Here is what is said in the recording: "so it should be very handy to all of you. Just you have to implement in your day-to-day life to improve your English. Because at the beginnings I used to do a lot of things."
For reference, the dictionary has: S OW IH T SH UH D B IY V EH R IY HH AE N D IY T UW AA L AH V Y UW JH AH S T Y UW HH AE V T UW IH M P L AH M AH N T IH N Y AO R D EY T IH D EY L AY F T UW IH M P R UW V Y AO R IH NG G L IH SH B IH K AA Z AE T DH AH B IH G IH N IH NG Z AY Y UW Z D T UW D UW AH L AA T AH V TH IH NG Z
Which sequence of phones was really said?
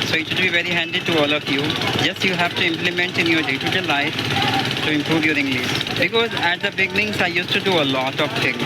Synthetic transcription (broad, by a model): S OW IH T SH UH D B IY V EH R IY HH AE N D IY T UW AA L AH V Y UW JH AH S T Y UW HH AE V T UW IH M P L AH M AH N T IH N Y AO R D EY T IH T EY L AY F T UW IH M P R UW V Y AO R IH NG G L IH S B IH K AA Z AE T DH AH B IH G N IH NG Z AY Y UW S T UW D UW AH L AA T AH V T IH NG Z